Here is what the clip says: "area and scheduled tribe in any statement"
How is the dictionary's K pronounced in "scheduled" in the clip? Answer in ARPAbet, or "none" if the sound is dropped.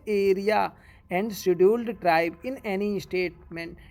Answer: none